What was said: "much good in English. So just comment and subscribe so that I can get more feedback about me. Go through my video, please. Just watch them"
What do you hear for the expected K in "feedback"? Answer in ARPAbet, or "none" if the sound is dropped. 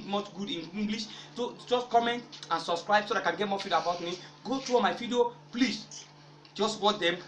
none